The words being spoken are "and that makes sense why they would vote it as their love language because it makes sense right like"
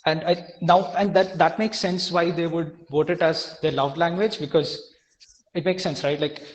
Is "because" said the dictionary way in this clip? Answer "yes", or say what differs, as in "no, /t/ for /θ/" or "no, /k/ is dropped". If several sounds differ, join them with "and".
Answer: yes